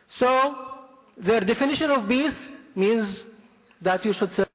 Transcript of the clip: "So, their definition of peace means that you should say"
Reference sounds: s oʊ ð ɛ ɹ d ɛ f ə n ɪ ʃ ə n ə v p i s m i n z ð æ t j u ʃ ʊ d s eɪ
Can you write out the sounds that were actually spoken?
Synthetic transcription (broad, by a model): s oʊ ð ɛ ɹ d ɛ f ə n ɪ ʃ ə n ə v b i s m i n z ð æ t j u ʃ ʊ d s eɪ